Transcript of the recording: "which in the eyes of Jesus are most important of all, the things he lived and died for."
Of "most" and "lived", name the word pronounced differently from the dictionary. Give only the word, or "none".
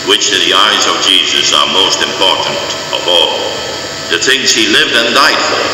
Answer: none